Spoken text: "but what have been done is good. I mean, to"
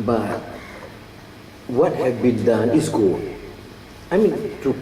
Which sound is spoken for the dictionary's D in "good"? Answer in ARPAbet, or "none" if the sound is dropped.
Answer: none